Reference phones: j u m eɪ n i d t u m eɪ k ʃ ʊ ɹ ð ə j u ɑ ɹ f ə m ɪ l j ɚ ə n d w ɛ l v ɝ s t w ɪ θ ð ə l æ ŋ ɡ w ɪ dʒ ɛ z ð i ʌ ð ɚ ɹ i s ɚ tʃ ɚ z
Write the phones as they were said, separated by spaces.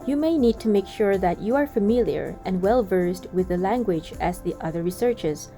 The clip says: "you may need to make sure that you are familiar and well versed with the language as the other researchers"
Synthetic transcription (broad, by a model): j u m eɪ n i d t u m eɪ k ʃ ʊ ɹ ð ə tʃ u ɑ ɹ f ə m ɪ l j ɚ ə n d w ɛ l v ɝ s t w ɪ ð ə l æ ŋ ɡ w ɪ dʒ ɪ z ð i ʌ ð ɚ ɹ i s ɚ tʃ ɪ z